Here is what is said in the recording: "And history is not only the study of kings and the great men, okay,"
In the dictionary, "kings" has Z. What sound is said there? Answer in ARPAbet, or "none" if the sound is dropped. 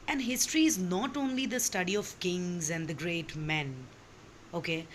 Z